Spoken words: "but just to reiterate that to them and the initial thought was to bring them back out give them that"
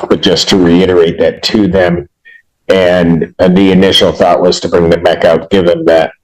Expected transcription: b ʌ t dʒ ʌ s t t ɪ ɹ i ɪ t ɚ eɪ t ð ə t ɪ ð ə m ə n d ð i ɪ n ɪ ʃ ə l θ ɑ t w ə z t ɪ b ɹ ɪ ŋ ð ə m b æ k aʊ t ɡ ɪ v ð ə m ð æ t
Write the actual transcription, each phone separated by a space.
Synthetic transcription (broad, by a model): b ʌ t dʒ ʌ s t t ɪ ɹ i ɪ t ɚ eɪ t ð ə t ɪ ð ə m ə n ð i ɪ n ɪ ʃ l θ ɑ t w ə z t ɪ b ɹ ɪ ŋ ð ə m b æ k aʊ t ɡ ɪ v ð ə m ð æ t